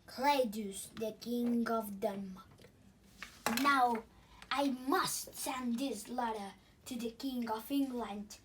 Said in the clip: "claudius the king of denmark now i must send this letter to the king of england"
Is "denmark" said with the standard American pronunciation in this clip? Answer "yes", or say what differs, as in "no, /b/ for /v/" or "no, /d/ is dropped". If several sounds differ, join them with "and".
no, /n/ is dropped